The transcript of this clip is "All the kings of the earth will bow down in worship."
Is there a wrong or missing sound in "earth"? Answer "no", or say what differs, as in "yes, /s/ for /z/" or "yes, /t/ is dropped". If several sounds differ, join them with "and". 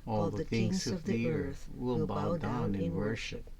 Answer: no